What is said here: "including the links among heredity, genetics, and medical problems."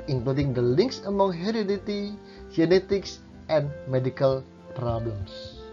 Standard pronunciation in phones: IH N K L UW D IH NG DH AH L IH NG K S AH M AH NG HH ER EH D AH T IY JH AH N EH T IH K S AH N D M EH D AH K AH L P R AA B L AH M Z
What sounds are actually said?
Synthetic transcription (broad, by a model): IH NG K L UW D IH NG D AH L IH NG K S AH M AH NG HH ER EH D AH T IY JH AH N EH T IH K S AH N M EH D AH K AH L P R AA B L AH M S